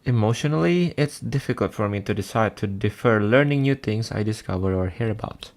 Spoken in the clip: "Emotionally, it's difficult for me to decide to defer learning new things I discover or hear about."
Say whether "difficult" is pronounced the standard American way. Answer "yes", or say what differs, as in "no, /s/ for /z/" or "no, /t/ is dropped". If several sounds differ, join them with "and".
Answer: yes